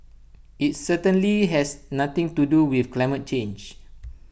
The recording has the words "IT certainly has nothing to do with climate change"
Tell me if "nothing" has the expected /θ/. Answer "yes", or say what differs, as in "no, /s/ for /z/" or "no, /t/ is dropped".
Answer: no, /t/ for /θ/